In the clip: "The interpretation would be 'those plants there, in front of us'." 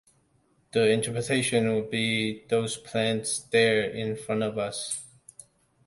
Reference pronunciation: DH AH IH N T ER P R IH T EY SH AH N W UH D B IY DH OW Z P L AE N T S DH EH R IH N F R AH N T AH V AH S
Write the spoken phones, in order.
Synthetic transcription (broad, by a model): DH AH IH N T ER P R IH T EY SH AH N W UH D B IY DH OW Z P L AE N T S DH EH R IH N F R AH N T AH V AH S